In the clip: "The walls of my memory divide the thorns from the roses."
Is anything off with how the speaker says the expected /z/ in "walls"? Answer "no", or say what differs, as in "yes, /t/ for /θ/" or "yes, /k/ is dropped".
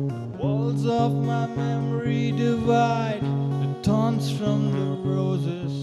no